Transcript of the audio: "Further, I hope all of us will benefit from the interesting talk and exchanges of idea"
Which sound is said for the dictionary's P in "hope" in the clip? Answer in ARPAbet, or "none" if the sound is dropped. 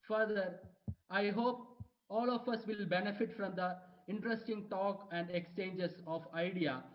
P